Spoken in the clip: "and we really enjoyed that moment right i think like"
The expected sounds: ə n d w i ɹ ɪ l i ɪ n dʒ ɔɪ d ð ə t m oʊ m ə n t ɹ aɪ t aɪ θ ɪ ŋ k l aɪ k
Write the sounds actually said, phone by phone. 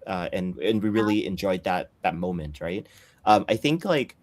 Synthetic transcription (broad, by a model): ə n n w i ɹ ɪ l i ɪ n dʒ ɔɪ d ð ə t m oʊ m ə n t ɹ aɪ t aɪ θ ɪ ŋ k l aɪ k